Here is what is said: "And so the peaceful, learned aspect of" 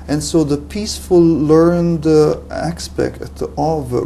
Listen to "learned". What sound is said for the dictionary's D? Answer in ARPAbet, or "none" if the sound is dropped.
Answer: D